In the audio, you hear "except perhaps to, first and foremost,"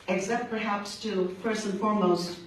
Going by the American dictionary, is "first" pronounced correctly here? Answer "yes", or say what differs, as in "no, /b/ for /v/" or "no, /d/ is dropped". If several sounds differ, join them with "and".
no, /p/ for /f/ and /t/ is dropped